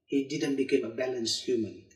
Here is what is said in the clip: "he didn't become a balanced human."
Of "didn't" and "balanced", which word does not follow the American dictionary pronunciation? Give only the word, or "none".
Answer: none